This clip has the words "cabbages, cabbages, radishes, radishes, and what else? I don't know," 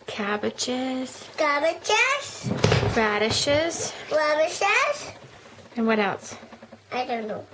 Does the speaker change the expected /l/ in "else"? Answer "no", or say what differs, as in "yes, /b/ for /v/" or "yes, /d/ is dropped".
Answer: no